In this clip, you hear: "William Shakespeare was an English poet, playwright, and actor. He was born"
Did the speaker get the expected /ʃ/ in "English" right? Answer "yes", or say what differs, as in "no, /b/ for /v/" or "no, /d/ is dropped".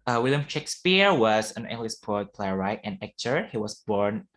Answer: no, /s/ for /ʃ/